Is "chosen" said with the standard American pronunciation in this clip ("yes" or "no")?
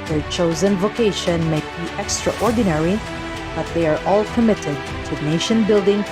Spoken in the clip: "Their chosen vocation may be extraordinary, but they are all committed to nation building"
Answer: yes